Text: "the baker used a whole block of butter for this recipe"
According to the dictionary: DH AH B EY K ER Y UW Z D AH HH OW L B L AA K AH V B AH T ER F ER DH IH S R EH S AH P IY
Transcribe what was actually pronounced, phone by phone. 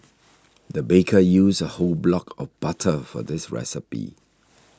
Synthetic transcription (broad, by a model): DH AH B EY K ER Y UW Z AH HH OW L B L AA K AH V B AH T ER F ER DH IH S R EH S AH P IY